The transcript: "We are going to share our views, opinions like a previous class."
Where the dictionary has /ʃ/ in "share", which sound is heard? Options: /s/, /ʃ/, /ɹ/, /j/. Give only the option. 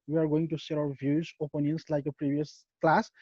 /s/